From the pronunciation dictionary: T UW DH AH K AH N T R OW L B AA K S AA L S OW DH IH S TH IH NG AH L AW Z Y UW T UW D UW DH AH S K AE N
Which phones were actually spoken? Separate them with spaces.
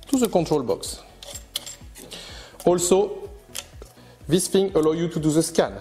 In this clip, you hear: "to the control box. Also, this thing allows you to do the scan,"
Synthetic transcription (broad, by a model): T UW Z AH K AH T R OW L B AA K S AA L S OW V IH S F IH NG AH L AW Y UW T UW D UW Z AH S K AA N